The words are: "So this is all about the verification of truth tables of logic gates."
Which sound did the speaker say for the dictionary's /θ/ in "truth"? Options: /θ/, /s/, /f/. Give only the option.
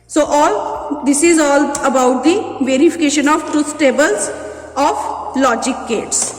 /s/